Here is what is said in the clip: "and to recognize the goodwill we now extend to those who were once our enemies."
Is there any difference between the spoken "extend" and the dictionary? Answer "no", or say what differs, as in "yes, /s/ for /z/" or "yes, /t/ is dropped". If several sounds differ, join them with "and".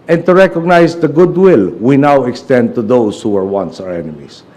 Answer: no